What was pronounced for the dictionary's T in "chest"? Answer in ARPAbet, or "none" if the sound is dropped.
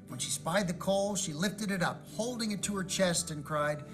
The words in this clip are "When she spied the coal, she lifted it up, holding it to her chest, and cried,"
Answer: T